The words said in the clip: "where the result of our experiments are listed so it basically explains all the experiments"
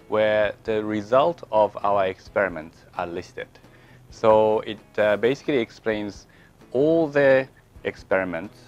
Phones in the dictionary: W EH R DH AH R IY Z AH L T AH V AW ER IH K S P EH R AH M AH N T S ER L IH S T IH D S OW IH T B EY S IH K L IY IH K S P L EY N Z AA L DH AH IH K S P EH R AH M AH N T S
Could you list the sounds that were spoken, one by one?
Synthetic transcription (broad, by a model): W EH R DH AH R IY Z AH L T AH V AW ER IH K S P EH R AH M AH N T S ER L IH S T IH D S OW IH T B EY S IH K L IY IH K S P L EY N Z AA L DH AH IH K S P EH R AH M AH N T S